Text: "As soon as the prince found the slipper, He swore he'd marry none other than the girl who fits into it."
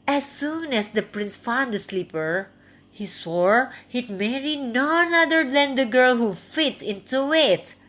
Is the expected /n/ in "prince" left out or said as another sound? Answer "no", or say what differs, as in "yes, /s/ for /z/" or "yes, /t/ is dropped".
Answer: no